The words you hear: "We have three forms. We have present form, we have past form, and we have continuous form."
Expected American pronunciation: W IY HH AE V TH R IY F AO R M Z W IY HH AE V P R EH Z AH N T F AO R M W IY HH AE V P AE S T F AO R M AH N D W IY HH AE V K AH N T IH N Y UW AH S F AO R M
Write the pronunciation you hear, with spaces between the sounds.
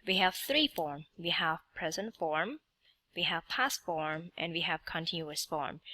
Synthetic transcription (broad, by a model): W IY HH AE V TH R IY F AO R M W IY HH AE V P R EH Z AH N T F AO R M W IY HH AE V P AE S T F AO R M AH N D W IY HH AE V K AH N T IH N Y UW AH S F AO R M